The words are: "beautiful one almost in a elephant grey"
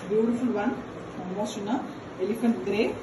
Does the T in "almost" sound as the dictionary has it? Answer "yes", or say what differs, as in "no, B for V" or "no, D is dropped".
no, T is dropped